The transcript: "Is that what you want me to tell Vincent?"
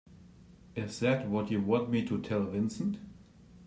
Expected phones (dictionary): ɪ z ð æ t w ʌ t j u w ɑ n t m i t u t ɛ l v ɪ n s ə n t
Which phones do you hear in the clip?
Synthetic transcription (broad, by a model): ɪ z ð æ t w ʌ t j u w ɑ n t m i t u t ɛ l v ɪ n s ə n t